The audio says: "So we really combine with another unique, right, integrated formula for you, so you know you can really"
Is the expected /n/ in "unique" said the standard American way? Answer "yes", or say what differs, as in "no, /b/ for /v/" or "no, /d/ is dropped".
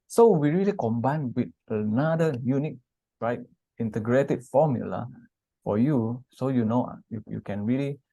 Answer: yes